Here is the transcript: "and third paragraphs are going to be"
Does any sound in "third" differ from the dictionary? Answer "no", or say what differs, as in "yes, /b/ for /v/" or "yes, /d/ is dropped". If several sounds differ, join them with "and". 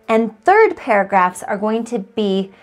no